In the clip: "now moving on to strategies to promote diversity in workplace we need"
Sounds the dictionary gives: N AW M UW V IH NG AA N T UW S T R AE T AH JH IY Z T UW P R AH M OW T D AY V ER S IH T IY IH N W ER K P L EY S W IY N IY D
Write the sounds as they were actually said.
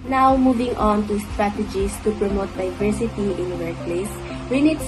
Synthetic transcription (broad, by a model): N AW M UW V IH NG AA N T UW S T R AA T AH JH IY S T UW P R AH M OW T D AY V ER S IH T IY IH N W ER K P L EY S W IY N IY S